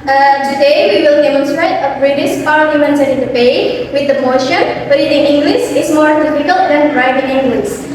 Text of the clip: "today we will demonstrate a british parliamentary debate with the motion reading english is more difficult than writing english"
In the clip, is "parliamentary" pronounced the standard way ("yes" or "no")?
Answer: no